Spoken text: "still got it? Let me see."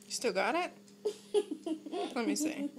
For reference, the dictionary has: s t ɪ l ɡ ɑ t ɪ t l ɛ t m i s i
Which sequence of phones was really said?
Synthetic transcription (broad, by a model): s t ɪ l ɡ ɑ t ɪ t l ɛ t m i s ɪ